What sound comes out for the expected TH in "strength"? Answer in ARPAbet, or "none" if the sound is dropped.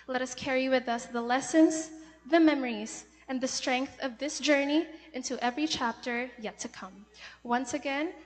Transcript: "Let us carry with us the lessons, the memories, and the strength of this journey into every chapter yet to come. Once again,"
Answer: TH